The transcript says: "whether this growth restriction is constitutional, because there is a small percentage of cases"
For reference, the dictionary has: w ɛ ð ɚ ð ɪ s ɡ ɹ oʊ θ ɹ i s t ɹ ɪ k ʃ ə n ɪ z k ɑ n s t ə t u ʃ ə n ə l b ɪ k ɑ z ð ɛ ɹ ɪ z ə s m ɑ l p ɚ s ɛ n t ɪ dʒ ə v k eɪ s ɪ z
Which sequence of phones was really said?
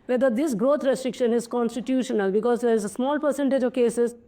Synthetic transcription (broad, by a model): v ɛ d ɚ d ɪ s ɡ ɹ oʊ t ɹ i s t ɹ ɪ k ʃ ə n ɪ z k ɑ n s t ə t u ʃ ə n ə l b ɪ k ɑ z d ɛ ɹ ɪ z ə s m ɑ l p ɚ s ɛ n t ɪ dʒ ə v k eɪ s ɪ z